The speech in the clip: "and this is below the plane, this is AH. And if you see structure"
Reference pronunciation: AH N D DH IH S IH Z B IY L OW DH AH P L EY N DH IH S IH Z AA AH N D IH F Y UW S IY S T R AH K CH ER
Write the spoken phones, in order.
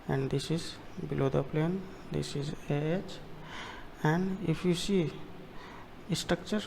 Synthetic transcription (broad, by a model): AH N D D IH S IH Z B IY L OW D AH P L EY N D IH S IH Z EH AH N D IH P Y UW S IY S T R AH K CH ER